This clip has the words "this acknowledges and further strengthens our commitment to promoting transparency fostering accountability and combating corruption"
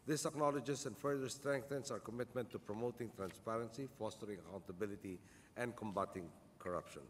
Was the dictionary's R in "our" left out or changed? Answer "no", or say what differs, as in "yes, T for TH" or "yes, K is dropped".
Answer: no